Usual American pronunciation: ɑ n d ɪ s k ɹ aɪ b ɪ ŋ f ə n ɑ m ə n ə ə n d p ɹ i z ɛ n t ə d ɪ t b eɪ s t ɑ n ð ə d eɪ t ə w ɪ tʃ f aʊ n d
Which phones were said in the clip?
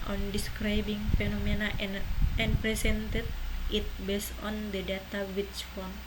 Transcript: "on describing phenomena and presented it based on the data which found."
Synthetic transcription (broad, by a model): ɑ n d ɪ s k ɹ aɪ b ɪ ŋ f ə n ɑ m ə n ə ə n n p ɹ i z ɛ n t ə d ɪ t b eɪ s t ɑ n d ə d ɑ t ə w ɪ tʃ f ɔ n